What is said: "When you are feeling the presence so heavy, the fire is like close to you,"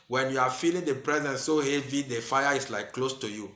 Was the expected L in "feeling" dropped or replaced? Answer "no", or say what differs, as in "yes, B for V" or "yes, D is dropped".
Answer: no